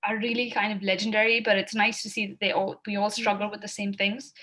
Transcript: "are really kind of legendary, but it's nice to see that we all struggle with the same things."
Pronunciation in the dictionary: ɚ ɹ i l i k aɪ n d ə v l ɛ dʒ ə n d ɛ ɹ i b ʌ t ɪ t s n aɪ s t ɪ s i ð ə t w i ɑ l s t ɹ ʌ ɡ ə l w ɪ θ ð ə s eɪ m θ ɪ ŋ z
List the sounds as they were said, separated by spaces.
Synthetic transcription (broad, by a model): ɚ ɹ i l i k aɪ n d ə v l ɛ dʒ ə n d ɛ ɹ i b ʌ t ɪ t s n aɪ s t ɪ s i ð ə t w i ɑ l s t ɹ ʌ ɡ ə l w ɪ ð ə s eɪ m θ ɪ ŋ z